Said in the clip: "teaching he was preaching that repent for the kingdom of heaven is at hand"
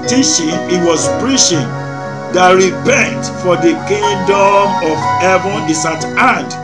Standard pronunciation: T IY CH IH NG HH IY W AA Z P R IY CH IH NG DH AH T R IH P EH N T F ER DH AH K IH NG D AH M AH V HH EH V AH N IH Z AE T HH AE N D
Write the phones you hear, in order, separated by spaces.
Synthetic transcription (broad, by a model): T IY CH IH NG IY W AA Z P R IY SH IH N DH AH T R IH P EH N T F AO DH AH K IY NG D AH M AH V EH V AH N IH S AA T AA N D